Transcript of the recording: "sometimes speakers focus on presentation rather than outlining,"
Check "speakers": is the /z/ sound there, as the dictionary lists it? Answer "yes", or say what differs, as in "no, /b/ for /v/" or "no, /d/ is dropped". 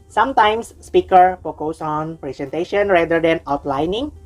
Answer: no, /z/ is dropped